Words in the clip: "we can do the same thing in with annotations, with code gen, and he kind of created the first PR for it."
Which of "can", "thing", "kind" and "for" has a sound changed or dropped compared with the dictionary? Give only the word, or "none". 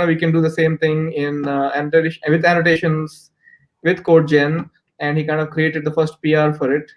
thing